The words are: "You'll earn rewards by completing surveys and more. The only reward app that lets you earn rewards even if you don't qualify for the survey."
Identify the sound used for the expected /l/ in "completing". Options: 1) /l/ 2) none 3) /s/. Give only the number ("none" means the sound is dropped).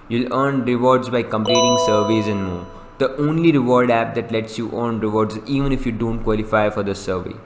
2